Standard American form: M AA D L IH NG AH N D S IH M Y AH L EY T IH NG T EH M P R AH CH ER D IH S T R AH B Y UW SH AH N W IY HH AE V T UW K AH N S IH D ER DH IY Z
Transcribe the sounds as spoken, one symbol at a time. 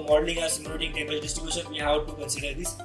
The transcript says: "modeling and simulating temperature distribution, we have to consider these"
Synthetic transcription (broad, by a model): M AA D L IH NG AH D S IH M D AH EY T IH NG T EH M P AH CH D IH S T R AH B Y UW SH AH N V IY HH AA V T UW K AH N S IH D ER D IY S